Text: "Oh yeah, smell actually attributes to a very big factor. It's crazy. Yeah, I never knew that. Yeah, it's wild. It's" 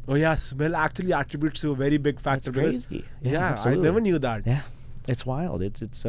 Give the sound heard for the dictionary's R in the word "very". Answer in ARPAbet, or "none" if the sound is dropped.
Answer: R